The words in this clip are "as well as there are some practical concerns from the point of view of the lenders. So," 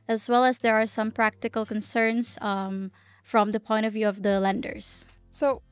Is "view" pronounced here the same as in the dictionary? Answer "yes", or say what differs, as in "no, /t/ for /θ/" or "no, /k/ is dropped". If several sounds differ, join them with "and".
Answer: yes